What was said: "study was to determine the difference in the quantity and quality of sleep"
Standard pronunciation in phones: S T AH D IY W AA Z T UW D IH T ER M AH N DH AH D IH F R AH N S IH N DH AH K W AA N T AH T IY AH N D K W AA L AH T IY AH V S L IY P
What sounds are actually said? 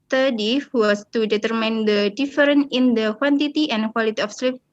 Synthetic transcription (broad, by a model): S T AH D IY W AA S T UW D IH T ER M AH N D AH D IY F R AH N IH N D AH K W AA N T AH T IY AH N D K W AA L AH T IY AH F S L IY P